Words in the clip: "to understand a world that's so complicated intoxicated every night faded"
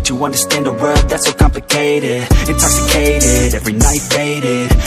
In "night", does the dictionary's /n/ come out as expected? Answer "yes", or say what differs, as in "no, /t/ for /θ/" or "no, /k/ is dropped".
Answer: yes